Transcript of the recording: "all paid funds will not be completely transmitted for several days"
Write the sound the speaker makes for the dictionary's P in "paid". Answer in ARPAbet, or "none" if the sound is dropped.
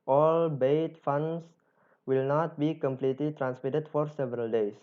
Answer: B